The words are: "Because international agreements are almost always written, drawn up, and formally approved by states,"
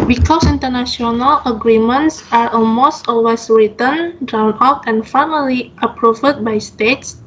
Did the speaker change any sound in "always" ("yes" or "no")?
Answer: yes